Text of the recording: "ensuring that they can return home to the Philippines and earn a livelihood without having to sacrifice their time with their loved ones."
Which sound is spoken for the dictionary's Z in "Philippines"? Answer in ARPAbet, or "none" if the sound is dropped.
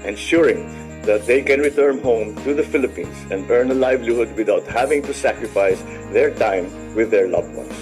S